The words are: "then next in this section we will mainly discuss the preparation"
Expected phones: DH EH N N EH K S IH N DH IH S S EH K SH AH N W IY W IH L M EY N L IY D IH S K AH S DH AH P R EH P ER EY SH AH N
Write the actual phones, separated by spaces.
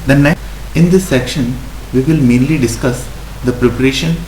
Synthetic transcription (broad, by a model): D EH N N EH IH N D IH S S EH K SH AH N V IY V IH L M EY N L IY D IH S K AH S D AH P R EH P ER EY SH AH N